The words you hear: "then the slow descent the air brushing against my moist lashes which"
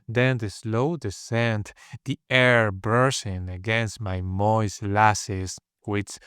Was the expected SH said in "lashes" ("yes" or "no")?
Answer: no